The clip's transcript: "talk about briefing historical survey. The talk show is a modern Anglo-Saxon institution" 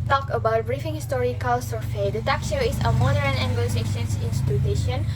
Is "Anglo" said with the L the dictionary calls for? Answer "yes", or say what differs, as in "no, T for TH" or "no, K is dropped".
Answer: no, L is dropped